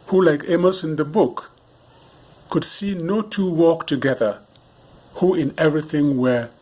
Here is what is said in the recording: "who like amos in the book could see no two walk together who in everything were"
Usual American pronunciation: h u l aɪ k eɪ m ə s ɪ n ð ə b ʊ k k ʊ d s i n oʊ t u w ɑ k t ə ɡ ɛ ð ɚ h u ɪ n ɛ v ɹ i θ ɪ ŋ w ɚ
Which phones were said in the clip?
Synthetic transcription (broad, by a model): h u l aɪ k eɪ m ə s ɪ n ð ə b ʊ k k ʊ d s i n oʊ t u w ɑ k t ə ɡ ɛ ð ɚ h u ɪ n ɛ v ɹ i θ ɪ ŋ w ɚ